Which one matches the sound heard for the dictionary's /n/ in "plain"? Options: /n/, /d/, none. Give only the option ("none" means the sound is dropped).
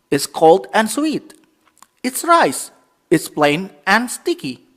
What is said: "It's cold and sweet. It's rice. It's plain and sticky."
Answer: /n/